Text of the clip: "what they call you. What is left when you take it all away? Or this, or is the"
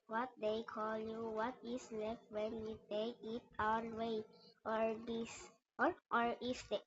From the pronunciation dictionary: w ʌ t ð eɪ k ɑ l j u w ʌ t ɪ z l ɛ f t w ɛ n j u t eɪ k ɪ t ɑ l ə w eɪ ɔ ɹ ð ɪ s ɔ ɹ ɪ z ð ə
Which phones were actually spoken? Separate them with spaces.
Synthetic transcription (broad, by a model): w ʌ t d eɪ k ɑ l j u w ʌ t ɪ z l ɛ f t w ɛ n j u t eɪ k ɪ t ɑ w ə w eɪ ɔ ɹ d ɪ s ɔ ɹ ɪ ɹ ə